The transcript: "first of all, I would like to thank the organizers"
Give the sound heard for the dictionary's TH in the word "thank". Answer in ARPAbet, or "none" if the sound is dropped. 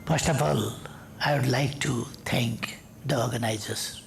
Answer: T